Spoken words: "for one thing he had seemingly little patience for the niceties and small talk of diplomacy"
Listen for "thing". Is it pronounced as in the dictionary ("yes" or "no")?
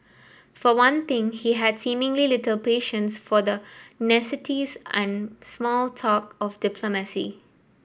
no